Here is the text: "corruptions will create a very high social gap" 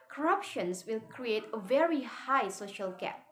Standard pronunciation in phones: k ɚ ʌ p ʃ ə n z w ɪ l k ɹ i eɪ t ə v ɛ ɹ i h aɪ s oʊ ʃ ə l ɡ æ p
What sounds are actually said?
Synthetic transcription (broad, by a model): k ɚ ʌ p ʃ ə n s w ɪ l k ɹ i eɪ t ə v ɛ ɹ i h aɪ s oʊ ʃ ə l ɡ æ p